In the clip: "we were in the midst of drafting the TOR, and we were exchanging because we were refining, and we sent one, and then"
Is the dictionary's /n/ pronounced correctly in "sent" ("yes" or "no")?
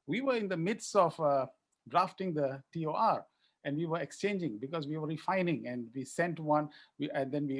yes